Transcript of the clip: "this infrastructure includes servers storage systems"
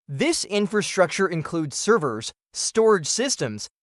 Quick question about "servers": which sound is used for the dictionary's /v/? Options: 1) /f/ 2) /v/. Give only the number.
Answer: 2